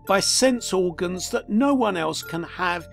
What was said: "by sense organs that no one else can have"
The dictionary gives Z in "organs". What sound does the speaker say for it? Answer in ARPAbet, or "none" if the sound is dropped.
Z